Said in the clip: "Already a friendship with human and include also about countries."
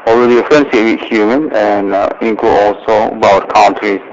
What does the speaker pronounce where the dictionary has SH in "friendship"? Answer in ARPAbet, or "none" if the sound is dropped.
S